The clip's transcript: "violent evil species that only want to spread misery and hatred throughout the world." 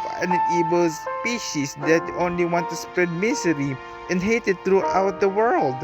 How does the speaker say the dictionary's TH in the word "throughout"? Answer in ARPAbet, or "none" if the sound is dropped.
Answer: T